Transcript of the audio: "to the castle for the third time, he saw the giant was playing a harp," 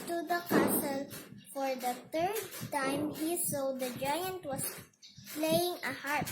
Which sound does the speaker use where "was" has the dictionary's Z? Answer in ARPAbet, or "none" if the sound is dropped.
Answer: S